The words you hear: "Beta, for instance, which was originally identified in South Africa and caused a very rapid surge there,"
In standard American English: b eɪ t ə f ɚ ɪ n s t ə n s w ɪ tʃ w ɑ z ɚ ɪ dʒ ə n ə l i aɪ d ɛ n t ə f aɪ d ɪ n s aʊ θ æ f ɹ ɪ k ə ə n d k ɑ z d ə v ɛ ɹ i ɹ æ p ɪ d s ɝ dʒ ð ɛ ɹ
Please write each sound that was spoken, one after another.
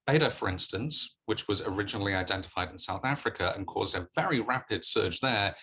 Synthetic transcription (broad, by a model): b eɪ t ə f ɚ ɪ n s t ə n s w ɪ tʃ w ɑ z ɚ ɪ dʒ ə n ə l i aɪ d ɛ n t ə f aɪ d ɪ n s aʊ θ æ f ɹ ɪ k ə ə n k ɑ z d ə v ɛ ɹ i ɹ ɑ p ɪ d s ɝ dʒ ð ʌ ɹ